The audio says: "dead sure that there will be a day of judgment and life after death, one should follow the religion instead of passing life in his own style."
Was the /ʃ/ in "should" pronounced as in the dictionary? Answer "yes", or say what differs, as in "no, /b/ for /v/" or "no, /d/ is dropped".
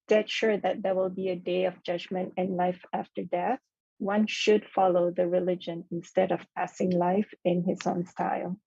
yes